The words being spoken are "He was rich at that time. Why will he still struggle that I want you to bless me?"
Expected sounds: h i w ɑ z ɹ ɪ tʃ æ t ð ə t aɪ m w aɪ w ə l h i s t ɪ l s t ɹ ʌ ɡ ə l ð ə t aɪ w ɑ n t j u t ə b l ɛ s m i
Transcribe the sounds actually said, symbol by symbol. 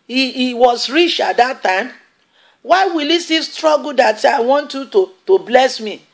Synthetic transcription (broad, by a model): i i w ɑ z ɹ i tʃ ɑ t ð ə t aɪ m w aɪ w ə l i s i s t ɹ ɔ ɡ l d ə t aɪ w ɑ n t j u t ə b l ɛ s m i